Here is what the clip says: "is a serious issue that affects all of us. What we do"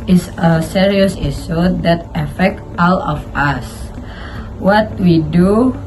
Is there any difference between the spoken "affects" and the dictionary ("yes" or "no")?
yes